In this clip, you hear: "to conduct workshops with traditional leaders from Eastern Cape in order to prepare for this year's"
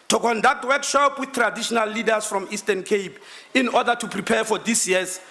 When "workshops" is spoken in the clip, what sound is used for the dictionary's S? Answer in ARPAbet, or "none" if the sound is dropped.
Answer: none